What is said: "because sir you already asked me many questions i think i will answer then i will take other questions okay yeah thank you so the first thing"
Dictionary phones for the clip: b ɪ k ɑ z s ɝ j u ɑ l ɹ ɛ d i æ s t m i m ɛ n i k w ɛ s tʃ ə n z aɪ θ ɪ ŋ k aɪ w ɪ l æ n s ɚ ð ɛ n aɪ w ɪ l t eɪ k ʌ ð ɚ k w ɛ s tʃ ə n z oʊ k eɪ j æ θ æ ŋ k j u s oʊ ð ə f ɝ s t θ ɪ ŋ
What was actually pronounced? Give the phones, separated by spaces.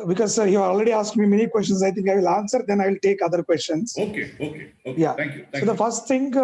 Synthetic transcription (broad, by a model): b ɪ k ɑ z s ɝ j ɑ ɑ l ɹ ɛ d i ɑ s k m i m ɛ n i k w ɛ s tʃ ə n s aɪ t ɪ ŋ k aɪ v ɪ l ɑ n s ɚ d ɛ n aɪ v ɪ l t eɪ k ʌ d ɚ k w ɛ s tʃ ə n s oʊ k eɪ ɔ k j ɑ s oʊ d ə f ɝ s t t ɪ ŋ